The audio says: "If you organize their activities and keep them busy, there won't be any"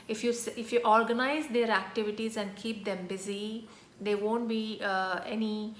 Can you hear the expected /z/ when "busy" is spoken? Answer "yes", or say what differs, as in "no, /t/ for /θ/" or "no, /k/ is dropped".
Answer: yes